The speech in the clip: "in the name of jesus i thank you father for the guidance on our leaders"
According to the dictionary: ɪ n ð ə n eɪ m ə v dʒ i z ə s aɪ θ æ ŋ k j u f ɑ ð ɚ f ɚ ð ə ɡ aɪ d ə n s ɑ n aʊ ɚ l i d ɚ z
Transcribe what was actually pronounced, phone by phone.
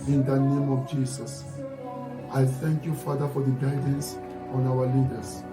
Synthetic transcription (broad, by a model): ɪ n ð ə n eɪ m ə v dʒ i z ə s aɪ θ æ ŋ k j u f ɑ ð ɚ f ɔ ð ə ɡ aɪ d ə n s ɑ n aʊ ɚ l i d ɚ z